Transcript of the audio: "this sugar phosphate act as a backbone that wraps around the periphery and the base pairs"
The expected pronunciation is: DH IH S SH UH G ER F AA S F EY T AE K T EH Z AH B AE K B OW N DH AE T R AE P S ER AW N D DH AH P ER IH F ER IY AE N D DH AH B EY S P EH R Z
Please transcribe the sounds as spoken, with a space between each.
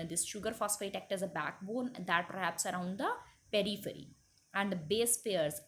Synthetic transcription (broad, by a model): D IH S SH UH G ER F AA S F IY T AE K T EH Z AH B AE K B OW N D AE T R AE P S ER AW N D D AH P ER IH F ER IY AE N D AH B EY S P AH R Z